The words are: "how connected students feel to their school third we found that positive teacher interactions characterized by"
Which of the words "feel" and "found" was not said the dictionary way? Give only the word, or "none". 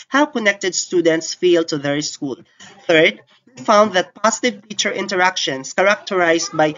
none